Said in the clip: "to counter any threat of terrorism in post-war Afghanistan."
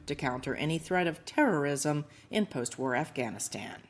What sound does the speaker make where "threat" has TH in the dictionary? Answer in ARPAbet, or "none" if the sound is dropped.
TH